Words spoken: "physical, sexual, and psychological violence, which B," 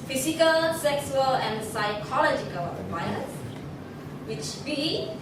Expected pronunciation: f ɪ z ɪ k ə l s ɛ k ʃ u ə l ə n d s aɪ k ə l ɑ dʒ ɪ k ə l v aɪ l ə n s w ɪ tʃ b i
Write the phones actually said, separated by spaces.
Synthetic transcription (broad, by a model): f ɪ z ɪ k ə l s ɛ k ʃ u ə l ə n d s aɪ k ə l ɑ dʒ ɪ k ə l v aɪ ə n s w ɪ tʃ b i